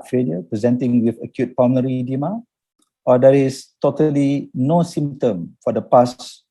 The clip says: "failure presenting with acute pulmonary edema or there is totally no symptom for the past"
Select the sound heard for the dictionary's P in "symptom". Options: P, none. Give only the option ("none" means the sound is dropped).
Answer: none